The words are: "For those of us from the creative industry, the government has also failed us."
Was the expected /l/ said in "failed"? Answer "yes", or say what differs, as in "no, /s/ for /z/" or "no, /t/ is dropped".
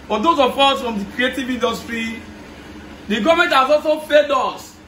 no, /l/ is dropped